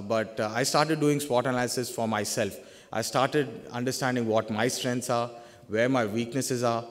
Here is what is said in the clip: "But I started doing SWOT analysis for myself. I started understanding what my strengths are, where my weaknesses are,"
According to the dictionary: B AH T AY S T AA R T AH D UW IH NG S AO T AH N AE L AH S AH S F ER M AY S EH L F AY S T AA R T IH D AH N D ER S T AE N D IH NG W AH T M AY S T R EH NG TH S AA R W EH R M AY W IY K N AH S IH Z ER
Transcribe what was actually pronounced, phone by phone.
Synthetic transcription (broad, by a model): B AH T AY S T AA R T AH D UW IH NG S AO T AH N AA AH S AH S F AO M AY S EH L F AY S T AA R T IH D AH N D ER S T AE N D IH NG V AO T M AY S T R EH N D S AA R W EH R M AY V IY K N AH S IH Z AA